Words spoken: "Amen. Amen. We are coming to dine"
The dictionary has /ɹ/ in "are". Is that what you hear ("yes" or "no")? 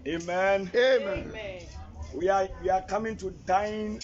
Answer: no